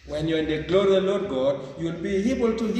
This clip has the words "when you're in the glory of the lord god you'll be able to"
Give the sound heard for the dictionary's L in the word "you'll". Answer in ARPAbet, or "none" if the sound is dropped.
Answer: L